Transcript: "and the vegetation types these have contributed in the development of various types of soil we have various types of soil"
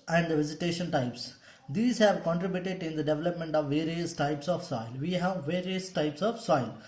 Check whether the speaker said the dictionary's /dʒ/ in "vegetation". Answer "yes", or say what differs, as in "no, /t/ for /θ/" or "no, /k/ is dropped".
no, /z/ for /dʒ/